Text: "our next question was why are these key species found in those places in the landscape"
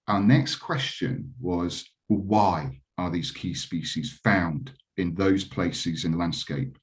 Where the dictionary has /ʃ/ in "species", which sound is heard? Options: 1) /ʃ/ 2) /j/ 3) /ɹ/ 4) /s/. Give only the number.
1